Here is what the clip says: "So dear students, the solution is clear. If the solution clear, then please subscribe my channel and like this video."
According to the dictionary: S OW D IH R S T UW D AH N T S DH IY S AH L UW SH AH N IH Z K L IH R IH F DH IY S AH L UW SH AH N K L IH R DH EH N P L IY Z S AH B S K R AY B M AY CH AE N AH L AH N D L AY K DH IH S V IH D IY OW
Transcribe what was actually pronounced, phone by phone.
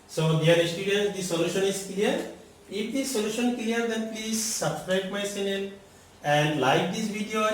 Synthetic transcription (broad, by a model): S OW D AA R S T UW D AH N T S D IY S AH L UW SH AH N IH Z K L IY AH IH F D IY S AH L UW SH AH N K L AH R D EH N P L IY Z S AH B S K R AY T M AY S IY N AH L AH N D L AY K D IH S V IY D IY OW